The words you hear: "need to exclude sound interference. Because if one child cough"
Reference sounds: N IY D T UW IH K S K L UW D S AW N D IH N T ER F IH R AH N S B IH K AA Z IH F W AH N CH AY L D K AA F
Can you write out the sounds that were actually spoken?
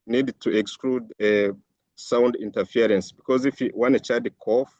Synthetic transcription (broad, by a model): N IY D T UW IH K S K L UW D S AW N D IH N T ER F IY R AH N S B IH K AA Z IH F W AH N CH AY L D K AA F